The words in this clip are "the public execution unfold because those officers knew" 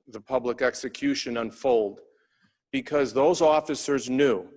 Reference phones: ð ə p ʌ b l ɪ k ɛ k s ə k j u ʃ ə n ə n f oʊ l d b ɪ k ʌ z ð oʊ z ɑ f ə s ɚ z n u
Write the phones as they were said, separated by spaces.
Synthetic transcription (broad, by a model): ð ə p ʌ b l ɪ k ɛ k s ə k j u ʃ ə n ə n f oʊ l d b ɪ k ʌ z ð oʊ z ɑ f ə s ɚ z n u